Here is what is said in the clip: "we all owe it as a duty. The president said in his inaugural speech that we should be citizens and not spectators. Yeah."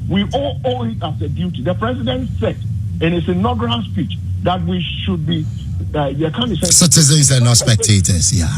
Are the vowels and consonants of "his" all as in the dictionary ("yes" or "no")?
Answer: no